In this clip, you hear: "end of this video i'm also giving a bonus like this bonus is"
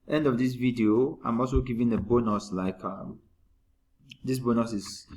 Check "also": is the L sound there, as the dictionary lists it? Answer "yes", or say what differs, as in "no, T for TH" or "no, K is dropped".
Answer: yes